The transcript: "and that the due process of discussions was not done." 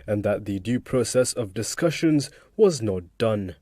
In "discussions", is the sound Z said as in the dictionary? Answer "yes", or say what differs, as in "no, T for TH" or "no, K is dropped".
yes